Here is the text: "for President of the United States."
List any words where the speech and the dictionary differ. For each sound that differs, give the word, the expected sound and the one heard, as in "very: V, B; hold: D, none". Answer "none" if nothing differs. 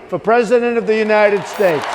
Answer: none